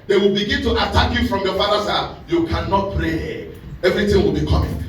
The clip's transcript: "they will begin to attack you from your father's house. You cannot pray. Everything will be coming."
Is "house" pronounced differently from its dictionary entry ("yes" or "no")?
yes